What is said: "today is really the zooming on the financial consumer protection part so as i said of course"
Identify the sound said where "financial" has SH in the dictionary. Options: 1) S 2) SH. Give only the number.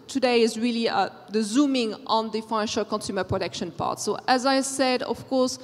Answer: 2